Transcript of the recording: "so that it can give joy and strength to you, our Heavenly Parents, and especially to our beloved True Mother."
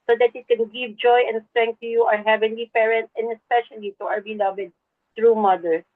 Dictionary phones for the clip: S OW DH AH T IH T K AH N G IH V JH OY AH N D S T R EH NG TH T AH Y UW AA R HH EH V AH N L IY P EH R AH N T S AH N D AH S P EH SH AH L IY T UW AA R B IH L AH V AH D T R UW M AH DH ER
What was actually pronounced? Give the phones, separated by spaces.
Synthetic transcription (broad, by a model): S OW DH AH T IH T K AH N G IH V JH OY AH N D S T R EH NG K T AH Y UW AA R HH EH V AH N L IY P EH R AH N T S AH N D AH S P EH SH AH L IY T UW AA R B IH L AH V AH D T R UW M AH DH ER